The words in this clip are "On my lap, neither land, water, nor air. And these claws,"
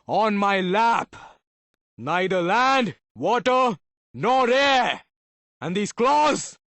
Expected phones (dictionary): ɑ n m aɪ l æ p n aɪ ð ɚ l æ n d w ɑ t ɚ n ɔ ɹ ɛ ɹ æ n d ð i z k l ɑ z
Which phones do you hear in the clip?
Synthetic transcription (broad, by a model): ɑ n m aɪ l æ p n aɪ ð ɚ l æ n d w ɑ t ɚ n ɔ ɹ ɛ ɹ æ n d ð i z k l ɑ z